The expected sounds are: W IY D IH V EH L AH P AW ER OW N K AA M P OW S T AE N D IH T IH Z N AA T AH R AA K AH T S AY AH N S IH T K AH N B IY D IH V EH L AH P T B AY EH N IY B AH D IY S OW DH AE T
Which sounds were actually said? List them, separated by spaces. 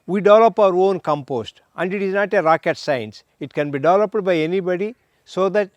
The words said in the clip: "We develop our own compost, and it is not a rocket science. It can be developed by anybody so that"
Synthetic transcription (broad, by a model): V IY D IH V EH L AH P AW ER OW N K AA M P OW S T AE N D IH T IH Z N AA T AH R AA K AH T S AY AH N S IH T K AH N B IY D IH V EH L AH P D B AY EH N IY B AH D IY S OW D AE T